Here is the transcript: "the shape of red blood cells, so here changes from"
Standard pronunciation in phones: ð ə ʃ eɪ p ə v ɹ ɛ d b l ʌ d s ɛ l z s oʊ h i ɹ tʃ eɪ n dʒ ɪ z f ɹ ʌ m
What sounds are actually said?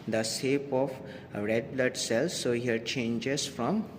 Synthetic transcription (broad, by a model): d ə s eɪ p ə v ɹ ɛ d b l ʌ d s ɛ l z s oʊ h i ɹ tʃ eɪ n dʒ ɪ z f ɹ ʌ m